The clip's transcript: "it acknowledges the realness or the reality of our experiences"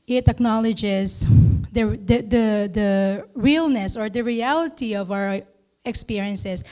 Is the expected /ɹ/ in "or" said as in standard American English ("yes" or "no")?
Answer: yes